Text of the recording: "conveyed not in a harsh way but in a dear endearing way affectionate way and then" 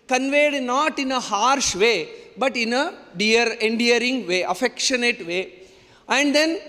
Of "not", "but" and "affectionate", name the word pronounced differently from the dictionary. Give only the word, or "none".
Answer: none